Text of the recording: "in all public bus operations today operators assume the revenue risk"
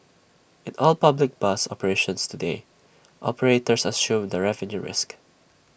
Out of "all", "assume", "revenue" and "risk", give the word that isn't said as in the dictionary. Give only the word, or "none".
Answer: none